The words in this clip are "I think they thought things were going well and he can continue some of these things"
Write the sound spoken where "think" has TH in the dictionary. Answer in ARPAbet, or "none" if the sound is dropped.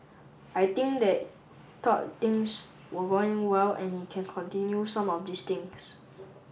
T